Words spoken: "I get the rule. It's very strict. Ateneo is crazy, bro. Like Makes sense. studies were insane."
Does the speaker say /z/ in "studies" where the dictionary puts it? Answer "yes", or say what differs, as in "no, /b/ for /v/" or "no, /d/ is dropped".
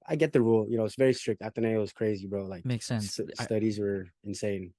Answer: yes